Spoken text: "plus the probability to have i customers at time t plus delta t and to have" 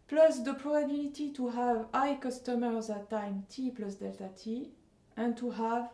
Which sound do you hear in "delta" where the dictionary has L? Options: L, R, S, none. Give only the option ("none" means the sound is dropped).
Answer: L